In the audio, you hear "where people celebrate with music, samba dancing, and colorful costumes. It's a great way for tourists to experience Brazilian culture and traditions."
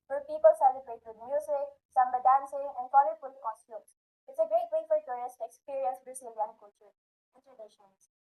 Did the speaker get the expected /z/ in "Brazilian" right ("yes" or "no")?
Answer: no